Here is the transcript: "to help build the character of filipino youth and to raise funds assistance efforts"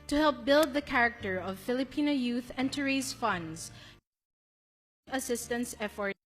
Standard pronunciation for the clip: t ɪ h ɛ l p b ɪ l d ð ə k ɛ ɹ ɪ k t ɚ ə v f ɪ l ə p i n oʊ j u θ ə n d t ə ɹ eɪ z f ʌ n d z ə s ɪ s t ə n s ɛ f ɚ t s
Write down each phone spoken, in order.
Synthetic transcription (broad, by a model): t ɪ h ɛ l p b ɪ l d ð ə k ɛ ɹ ɪ k t ɚ ə v f ɪ l ə p i n oʊ j u θ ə n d t ə ɹ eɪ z f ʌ n d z ə s ɪ s t ə n s ɛ f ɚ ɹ